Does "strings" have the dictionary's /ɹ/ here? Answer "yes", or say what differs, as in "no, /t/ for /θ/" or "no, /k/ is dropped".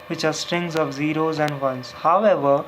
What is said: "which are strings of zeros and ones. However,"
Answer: yes